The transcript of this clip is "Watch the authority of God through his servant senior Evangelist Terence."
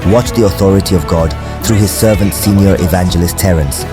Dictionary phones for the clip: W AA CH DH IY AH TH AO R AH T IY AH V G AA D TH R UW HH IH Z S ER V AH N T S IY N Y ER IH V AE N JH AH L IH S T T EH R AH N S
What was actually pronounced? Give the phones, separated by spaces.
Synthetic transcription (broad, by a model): W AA CH DH IY AH TH AO R AH T IY AH V G AA D TH R UW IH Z S ER V AH N T S IY N Y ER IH V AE N JH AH L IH S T T EH R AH N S